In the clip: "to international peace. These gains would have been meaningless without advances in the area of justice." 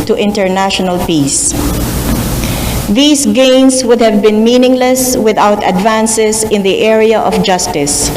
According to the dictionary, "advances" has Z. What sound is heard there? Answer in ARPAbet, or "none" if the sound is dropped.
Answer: S